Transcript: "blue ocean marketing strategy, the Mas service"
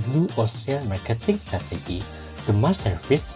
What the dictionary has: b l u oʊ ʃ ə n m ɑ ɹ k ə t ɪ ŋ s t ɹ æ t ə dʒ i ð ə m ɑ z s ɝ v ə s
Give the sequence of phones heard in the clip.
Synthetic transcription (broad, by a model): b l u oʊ s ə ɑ m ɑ ɹ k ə t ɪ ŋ s t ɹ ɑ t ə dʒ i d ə m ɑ s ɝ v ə s